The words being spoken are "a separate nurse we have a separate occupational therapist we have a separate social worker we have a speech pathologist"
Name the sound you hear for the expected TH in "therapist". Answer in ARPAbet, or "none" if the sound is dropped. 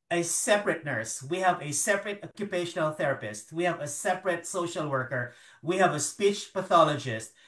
TH